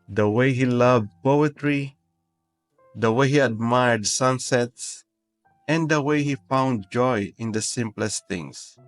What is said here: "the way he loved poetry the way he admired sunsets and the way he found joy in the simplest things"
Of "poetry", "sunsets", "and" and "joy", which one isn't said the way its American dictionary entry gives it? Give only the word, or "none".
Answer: none